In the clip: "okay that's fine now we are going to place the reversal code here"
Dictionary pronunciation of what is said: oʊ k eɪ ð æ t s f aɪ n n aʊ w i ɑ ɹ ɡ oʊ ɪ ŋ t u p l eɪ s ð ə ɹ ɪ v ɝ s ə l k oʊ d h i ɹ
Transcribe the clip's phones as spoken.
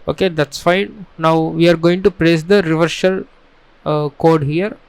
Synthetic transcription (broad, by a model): oʊ k eɪ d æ t s f aɪ n n aʊ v i ɑ ɹ ɡ oʊ ɪ ŋ t u p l eɪ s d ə ɹ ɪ v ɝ ʃ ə l k oʊ d h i ɹ